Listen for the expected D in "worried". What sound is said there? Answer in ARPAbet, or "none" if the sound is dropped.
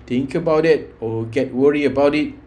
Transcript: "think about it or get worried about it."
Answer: none